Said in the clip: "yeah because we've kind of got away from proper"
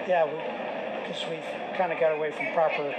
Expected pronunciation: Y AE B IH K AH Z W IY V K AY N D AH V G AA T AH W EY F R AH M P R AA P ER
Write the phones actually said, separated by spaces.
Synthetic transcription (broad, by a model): Y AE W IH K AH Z W IY V K AY N D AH G AA T AH W EY F R AH M P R AA P ER